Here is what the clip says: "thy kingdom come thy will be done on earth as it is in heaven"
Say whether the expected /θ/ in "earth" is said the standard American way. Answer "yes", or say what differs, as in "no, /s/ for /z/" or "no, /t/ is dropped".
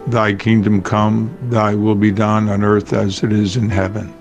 yes